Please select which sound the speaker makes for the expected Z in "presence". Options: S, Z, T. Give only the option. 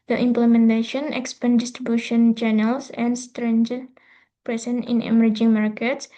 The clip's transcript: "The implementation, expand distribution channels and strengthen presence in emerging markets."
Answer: S